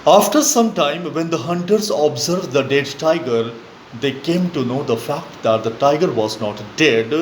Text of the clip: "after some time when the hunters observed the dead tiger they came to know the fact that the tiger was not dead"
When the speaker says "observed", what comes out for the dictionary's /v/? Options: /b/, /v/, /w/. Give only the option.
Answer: /v/